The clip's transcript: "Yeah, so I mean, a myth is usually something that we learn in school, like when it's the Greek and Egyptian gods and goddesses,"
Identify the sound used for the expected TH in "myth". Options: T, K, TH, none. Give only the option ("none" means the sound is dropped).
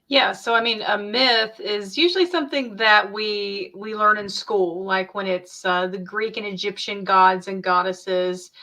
TH